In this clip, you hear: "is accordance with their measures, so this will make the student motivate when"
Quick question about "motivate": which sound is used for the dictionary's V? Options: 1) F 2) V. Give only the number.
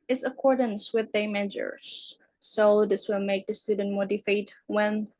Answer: 1